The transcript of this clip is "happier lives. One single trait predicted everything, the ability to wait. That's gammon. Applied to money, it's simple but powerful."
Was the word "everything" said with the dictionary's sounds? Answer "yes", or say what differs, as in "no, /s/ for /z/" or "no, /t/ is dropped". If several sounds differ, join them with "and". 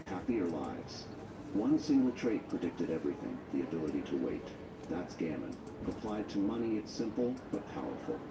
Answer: yes